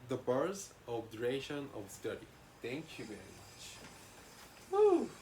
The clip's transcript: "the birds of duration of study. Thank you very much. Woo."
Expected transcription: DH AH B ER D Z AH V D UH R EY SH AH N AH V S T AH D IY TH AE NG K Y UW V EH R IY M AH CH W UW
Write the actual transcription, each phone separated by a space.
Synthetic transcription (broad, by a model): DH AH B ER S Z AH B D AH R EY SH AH N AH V S T AH D IY T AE NG K Y UW V EH R IY M AH CH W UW